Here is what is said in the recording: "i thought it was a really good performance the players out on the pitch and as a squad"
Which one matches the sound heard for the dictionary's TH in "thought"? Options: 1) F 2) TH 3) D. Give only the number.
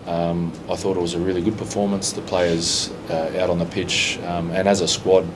2